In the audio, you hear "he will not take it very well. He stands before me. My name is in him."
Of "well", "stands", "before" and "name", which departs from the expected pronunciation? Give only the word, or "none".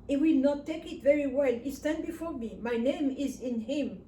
stands